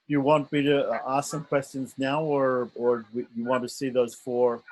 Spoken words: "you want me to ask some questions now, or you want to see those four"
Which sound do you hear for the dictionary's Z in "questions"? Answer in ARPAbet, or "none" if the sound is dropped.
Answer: Z